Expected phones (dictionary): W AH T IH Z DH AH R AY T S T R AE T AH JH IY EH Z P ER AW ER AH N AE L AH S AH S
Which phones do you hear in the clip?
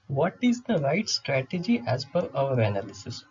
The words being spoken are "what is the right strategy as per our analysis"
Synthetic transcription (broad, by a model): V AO T IH Z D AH R AY T S T R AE T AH JH IY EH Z F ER AW ER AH N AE L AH S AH S